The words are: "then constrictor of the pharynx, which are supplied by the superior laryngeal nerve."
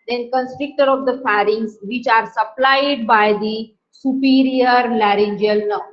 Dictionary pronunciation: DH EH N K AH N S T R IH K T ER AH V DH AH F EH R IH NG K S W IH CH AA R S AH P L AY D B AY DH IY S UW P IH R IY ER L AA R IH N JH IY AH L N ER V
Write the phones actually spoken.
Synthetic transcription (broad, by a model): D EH N K AH N S T R IH K T ER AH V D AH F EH R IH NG S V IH CH AA R S AH P L AY D B AY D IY S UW P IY R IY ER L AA R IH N JH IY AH L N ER